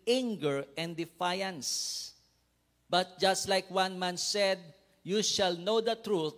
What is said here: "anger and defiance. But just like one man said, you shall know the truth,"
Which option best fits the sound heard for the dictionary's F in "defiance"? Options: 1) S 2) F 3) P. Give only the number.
2